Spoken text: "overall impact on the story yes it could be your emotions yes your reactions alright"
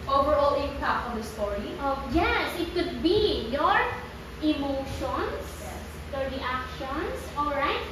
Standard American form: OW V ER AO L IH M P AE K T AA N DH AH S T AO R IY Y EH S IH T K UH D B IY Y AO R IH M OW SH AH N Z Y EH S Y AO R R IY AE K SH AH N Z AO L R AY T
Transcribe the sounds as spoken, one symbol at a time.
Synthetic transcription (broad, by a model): OW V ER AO L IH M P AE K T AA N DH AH S T AO R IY Y EH S IH T K UH D B IY Y AO R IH M OW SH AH N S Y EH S Y AO R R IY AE K SH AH N S AO L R AY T